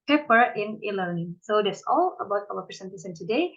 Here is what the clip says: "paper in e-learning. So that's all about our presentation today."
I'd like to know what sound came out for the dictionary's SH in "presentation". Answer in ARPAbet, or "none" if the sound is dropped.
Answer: S